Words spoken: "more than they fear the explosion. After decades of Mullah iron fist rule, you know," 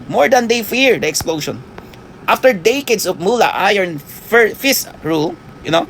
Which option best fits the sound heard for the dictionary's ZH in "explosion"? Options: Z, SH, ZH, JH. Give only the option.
SH